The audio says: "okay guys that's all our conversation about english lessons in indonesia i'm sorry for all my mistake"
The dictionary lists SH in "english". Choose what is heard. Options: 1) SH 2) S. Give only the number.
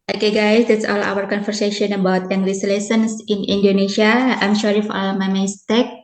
2